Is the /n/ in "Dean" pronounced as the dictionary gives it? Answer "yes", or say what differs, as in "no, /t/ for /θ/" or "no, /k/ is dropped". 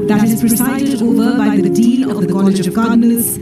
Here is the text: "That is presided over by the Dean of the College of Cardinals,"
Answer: no, /l/ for /n/